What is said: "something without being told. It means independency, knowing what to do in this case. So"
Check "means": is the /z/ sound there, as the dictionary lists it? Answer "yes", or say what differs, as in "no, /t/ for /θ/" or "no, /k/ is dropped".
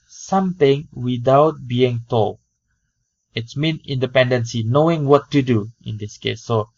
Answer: no, /z/ is dropped